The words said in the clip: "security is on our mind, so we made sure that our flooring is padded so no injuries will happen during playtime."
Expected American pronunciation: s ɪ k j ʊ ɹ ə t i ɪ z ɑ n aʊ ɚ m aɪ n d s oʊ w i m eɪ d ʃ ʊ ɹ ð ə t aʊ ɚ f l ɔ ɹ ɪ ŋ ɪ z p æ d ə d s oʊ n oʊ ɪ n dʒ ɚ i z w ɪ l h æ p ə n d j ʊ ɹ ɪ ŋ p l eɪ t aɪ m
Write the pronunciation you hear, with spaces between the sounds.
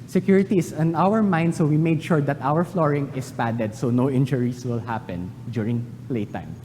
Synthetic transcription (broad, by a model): s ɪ k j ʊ ɹ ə t i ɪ s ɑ n aʊ ɚ m aɪ n d s oʊ w i m eɪ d ʃ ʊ ɹ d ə t aʊ ɚ f l ɔ ɹ ɪ ŋ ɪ s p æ d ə d s oʊ n oʊ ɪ n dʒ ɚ i s w ɪ l h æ p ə n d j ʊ ɹ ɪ ŋ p l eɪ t aɪ m